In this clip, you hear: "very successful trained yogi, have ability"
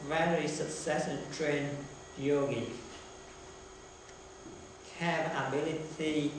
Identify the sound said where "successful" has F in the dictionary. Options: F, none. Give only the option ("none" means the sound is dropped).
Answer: none